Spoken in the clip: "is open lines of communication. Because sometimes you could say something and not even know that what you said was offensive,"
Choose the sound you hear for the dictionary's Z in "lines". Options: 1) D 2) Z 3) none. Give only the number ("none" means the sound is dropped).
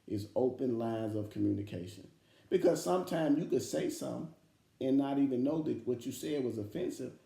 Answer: 2